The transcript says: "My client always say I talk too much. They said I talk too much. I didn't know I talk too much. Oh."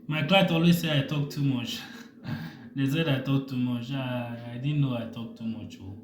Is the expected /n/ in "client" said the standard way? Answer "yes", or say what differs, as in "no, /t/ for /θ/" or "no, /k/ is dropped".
no, /n/ is dropped